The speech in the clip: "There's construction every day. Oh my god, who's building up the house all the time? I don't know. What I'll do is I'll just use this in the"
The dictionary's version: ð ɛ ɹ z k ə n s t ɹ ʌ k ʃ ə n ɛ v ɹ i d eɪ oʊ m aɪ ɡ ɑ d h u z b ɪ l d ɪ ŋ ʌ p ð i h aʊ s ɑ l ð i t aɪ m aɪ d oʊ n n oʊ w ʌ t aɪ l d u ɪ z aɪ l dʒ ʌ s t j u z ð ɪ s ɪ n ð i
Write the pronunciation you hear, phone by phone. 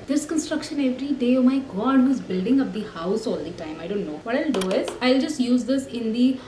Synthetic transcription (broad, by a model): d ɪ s k ə n s t ɹ ʌ k ʃ ə n ɛ v ɹ i d eɪ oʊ m aɪ ɡ ɑ d h u z b ɪ l d ɪ ŋ ʌ p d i h aʊ s ɑ l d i t aɪ m aɪ d oʊ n n oʊ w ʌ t aɪ l d u ɪ z aɪ l dʒ ʌ s t j u z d ɪ s ɪ n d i